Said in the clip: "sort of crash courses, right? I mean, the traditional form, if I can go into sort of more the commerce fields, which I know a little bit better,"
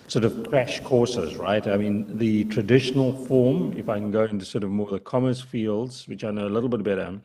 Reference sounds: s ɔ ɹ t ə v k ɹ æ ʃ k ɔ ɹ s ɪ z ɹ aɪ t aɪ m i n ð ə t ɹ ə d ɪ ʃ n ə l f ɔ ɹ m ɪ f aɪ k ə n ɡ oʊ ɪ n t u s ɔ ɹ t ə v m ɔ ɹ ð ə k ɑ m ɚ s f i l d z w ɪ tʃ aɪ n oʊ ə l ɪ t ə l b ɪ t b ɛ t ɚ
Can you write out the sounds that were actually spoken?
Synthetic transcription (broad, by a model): s ɔ ɹ t ə v k ɹ æ ʃ k ɔ ɹ s ɪ z ɹ aɪ t aɪ m i n ð ə t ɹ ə d ɪ ʃ n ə l f ɔ ɹ m ɪ f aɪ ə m ɡ oʊ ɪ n t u s ɔ ɹ t ə v m ɔ ɹ ð ə k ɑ m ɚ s f i l d z w ɪ tʃ aɪ n oʊ ə l ɪ t l b ɪ t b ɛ t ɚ